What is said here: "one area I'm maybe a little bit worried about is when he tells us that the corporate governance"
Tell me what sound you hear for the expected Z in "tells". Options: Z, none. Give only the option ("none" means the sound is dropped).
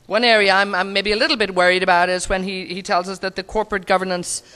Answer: Z